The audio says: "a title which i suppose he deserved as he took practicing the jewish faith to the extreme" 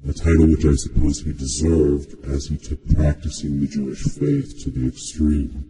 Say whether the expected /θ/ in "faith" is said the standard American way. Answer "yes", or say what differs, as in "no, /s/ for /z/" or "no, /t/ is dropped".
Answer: yes